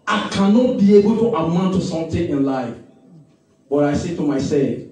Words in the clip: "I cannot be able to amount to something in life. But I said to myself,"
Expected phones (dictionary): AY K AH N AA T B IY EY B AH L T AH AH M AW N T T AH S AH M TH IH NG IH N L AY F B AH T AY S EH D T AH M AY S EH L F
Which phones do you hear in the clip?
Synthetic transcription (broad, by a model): AY K AH N AA T B IY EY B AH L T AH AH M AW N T T AH S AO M T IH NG IH N L AY F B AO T AY S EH T AH M AY S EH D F